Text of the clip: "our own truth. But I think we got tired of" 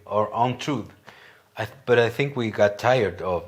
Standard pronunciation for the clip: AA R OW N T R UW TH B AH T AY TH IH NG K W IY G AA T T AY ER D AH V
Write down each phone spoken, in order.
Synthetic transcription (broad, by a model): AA R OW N T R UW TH B AH T AY TH IH NG K W IY G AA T T AY ER D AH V